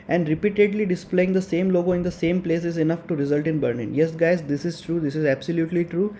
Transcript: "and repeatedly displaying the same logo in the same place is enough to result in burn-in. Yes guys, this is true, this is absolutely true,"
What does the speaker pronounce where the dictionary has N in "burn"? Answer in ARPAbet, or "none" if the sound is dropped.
L